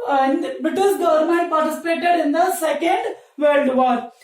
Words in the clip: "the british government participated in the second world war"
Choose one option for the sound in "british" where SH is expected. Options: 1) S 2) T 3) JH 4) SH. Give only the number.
1